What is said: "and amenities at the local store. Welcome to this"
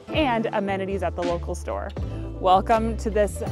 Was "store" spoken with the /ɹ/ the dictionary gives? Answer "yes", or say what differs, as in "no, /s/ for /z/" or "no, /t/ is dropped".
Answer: yes